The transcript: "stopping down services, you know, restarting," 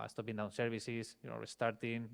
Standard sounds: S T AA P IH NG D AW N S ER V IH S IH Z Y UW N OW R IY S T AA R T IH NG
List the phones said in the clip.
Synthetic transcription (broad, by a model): S T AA P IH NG D AW N S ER B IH S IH S Y UW N OW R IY S T AA R T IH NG